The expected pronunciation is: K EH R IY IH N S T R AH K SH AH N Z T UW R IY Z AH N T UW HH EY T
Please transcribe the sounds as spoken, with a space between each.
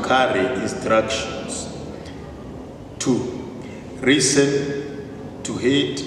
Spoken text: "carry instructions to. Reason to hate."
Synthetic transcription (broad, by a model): K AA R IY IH N S T R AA K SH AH N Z T UW R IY S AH N T UW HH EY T